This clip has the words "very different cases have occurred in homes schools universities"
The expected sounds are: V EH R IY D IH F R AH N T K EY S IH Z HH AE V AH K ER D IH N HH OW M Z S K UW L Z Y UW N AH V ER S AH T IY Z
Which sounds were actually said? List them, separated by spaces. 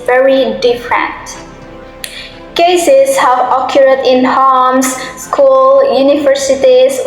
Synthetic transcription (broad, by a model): V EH R IY D IH F R AH N T K EY S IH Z HH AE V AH K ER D IH N HH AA M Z S K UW L Y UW N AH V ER S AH T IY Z